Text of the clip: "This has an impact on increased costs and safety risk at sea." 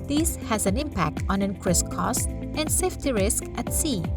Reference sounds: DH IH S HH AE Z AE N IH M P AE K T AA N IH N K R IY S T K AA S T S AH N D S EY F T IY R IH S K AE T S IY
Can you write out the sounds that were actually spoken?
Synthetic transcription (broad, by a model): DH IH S HH AE Z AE N IH M P AE K T AA N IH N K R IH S K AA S S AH N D S EY F T IY R IH S K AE T S IY